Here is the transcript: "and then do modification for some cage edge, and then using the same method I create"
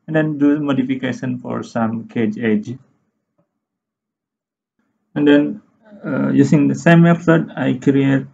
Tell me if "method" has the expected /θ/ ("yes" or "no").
no